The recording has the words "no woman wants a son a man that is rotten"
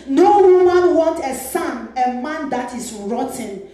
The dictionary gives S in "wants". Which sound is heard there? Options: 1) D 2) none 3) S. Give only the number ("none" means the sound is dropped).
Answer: 2